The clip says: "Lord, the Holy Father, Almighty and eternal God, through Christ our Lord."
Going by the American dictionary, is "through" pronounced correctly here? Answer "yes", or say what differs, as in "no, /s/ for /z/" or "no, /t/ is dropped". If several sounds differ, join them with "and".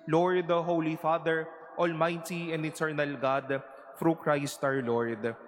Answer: no, /f/ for /θ/